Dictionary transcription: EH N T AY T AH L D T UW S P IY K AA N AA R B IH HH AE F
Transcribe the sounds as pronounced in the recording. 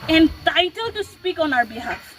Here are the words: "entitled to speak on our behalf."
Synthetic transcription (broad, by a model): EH N T AY T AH L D T UW S P IY K AA N AA R B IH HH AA